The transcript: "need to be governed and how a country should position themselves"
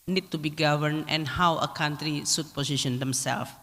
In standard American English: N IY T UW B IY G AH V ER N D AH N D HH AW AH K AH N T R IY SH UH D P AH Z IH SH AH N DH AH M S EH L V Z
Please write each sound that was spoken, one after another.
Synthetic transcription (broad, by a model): N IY T UW B IY G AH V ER N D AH N HH AW AH K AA N T R IY S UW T P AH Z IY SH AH N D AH M S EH L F